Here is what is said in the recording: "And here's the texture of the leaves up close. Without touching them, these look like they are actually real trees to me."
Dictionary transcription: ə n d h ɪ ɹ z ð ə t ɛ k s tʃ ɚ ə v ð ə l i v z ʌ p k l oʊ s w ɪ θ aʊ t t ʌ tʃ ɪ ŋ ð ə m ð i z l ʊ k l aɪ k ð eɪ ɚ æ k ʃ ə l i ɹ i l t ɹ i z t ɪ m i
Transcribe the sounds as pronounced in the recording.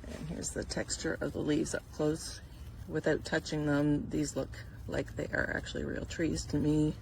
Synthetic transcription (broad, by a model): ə n h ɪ ɹ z ð ə t ɛ k s tʃ ɚ ə v ð ə l i v z ʌ p k l oʊ s w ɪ θ aʊ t t ʌ tʃ ɪ ŋ ð ə m ð i z l ʊ k l aɪ k ð eɪ ɚ æ k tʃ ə l i ɹ i l t ɹ i z t ɪ m i